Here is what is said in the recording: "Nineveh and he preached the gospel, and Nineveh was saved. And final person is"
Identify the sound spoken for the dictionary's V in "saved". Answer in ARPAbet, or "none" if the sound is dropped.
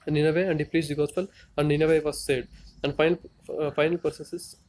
none